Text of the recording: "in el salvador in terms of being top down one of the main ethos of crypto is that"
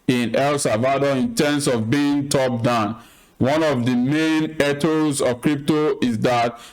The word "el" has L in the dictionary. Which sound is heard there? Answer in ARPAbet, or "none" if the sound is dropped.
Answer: L